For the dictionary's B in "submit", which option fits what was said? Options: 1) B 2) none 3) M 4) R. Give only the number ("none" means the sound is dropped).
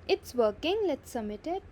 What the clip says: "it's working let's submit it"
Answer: 2